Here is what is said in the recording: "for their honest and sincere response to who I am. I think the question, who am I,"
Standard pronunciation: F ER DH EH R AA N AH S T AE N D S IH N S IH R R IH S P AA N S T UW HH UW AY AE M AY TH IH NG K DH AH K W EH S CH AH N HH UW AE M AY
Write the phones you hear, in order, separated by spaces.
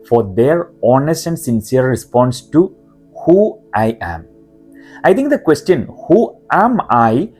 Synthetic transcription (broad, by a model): F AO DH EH R AA N AH S T AE N D S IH N S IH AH R IH S P AA N S T UW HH UW AY AE M AY T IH NG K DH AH K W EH S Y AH N HH UW AE M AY